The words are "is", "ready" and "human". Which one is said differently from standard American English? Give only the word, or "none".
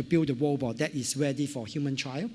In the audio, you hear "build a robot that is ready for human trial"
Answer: is